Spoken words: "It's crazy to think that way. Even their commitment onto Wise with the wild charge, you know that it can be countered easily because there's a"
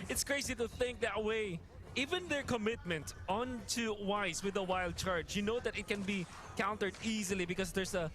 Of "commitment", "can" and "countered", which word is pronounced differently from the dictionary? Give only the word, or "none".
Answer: none